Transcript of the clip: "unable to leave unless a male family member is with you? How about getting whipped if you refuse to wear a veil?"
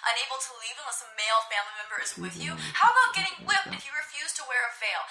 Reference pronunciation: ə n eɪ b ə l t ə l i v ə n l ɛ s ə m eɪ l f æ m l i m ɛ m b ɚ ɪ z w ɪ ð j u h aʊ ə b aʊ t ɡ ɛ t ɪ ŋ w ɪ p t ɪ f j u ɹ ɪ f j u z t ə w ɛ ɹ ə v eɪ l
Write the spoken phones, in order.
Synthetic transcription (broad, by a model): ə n eɪ b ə l t ə l i v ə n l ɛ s ə m eɪ l f æ m l i m ɛ m b ɚ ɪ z w ɪ ð j u h aʊ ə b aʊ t ɡ ɛ t ɪ ŋ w ɪ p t ɪ f j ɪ ɹ ɪ f j u z t ə w ɛ ɹ ə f eɪ l